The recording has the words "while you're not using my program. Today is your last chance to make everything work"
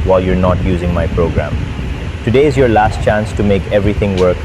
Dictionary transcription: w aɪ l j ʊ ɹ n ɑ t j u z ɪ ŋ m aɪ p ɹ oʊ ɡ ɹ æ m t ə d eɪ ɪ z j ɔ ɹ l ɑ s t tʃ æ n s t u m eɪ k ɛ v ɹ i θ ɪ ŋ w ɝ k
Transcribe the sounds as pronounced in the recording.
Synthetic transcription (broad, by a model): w aɪ l j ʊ ɹ n ɑ t j u z ɪ ŋ m aɪ p ɹ oʊ ɡ ɹ æ m t ə d eɪ ɪ z j ɔ ɹ l ɑ s t tʃ æ n s t u m eɪ k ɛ v ɹ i t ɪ ŋ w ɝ k